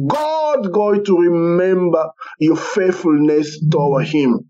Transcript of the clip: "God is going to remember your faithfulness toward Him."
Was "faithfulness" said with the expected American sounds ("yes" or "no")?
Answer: yes